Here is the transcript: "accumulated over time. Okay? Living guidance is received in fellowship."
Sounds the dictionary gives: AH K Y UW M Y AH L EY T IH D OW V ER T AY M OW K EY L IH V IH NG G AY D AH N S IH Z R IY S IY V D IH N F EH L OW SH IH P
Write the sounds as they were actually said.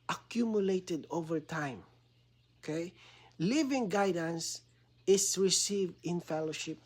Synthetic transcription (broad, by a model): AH K Y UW M Y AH L EY T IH D OW V ER T AY M OW K EY L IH V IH NG G AY D AH N S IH S R IY S IY V D IH N F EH L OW SH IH P